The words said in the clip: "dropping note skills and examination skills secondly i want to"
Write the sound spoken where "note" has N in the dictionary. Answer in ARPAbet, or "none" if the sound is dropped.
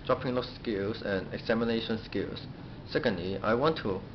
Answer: L